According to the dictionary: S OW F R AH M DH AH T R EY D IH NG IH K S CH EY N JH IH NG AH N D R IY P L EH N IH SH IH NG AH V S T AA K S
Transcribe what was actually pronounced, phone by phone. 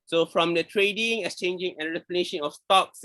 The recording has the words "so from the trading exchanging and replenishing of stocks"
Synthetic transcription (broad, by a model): S OW F R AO M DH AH T R EY D IH NG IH S CH EY N JH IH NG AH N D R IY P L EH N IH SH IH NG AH F S T AA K S